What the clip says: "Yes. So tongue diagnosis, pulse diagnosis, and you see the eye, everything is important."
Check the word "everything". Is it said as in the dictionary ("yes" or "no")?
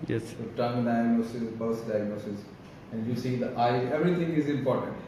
no